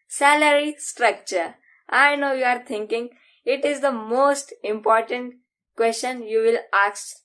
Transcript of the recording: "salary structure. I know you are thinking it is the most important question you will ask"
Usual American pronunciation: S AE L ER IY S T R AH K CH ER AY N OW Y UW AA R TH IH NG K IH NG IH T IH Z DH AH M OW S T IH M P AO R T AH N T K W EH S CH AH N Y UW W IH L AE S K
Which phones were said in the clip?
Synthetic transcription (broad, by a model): S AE L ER IY S T R AH K CH ER AY N OW Y UW AA R T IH NG K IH NG IH T IH Z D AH M OW S T IH M P AO R T AH N T K W EH S CH AH N Y UW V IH L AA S